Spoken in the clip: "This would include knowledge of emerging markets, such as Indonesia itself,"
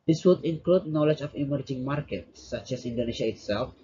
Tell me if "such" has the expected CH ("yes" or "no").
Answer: yes